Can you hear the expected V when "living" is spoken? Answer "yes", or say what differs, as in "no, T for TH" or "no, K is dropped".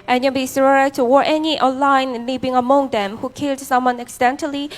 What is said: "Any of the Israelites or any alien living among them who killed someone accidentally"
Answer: no, B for V